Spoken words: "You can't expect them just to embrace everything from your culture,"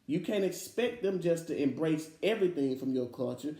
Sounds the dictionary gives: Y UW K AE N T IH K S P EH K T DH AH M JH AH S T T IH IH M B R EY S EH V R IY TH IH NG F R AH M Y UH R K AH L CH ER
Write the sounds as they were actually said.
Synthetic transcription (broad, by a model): Y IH K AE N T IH K S P EH K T DH AH M JH AH S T T IH IH M B R EY S EH V R IY TH IH NG F R AH M Y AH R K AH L CH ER